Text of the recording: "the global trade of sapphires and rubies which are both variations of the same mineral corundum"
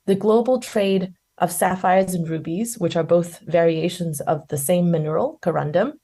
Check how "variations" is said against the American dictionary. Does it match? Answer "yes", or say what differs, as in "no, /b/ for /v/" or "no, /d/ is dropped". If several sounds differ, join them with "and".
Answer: yes